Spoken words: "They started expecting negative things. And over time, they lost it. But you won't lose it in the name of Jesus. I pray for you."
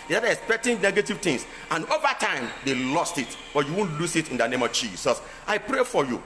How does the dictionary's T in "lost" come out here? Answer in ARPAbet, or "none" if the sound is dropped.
T